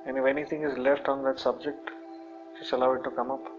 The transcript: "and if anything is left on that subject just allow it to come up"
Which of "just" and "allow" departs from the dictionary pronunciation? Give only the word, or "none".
just